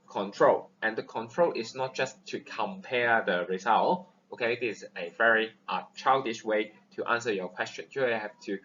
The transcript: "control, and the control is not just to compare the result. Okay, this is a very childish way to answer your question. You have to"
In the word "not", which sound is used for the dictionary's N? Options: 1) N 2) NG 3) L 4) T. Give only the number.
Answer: 1